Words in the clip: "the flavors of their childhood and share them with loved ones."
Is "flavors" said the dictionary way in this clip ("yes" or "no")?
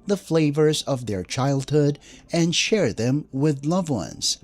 yes